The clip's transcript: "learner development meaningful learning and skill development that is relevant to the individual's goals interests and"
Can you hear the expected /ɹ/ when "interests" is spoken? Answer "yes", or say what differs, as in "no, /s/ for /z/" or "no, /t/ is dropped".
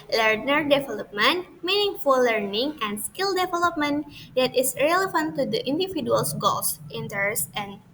no, /ɹ/ is dropped